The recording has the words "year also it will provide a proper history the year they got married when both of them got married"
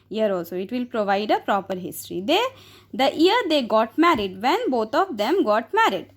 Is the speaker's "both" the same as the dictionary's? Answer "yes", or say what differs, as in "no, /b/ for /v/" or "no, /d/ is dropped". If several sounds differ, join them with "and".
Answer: no, /t/ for /θ/